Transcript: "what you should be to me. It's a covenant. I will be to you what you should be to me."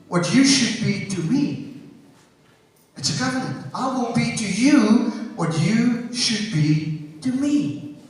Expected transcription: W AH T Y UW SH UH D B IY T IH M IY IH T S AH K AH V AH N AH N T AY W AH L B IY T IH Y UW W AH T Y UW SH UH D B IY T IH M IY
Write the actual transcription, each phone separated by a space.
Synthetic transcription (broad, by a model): W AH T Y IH SH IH D B IY T IH M IY IH T S AH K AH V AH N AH N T AY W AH N B IY T IH Y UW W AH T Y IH SH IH D B IY T IH M IY